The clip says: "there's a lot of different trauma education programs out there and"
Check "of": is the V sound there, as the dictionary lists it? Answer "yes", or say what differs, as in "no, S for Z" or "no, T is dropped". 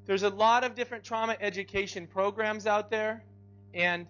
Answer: yes